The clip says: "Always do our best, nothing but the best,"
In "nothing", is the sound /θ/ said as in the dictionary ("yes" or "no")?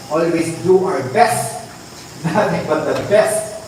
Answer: no